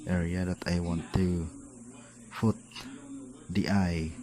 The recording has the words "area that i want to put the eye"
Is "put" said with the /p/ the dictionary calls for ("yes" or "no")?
no